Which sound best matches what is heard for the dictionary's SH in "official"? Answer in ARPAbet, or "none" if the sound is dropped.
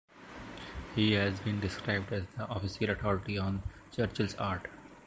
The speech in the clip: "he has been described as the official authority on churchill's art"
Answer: S